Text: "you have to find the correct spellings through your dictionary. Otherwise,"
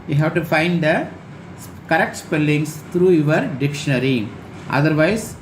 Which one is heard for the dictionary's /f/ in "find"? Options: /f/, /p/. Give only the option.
/f/